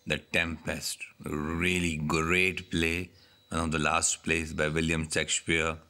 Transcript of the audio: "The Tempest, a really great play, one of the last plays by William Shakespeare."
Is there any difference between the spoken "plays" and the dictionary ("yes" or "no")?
yes